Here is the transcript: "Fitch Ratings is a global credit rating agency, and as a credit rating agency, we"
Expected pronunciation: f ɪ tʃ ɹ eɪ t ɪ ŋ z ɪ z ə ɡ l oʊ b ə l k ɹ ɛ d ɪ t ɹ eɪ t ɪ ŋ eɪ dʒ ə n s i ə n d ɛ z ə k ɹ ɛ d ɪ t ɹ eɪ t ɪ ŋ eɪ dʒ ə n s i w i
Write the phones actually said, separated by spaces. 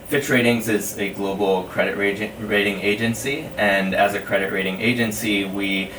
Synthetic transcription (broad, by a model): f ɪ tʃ ɹ eɪ t ɪ ŋ z ɪ z ə ɡ l oʊ b l k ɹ ɛ d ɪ t ɹ eɪ t ɪ ŋ eɪ dʒ ə n s i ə n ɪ z ə k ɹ ɛ d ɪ t ɹ eɪ t ɪ ŋ eɪ dʒ ə n s i w i